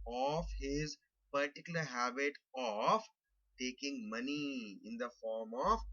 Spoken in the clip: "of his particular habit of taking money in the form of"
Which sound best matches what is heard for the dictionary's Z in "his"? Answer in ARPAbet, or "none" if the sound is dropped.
Z